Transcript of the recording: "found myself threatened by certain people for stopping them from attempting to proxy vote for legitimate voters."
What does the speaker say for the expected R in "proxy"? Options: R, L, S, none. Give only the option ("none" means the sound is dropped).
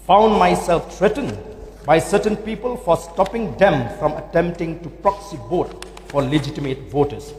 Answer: R